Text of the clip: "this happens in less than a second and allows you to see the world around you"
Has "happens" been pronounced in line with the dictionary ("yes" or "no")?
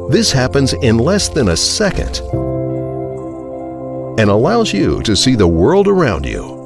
yes